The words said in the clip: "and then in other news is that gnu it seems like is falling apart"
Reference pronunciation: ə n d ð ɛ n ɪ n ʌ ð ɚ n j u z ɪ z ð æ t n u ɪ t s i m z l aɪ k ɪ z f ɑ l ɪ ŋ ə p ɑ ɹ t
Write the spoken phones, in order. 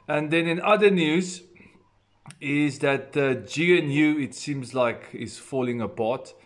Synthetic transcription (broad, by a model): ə n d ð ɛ n ɪ n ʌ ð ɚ n j u z ɪ z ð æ t n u ɪ t s i m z l aɪ k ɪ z f ɑ l ɪ ŋ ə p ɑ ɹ t